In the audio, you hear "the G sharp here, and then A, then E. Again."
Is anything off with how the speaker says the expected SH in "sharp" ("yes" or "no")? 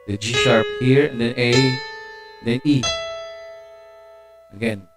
yes